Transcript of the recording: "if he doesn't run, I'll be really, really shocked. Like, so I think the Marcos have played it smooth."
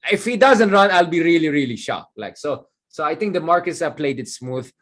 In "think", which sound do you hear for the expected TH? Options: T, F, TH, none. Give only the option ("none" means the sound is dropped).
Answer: T